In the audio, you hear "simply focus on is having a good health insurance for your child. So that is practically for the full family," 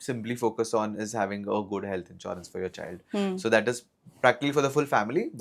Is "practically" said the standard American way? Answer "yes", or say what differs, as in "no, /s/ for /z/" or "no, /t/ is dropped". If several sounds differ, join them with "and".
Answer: yes